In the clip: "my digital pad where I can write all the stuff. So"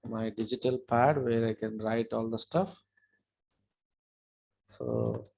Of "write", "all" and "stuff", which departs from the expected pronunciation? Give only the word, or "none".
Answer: none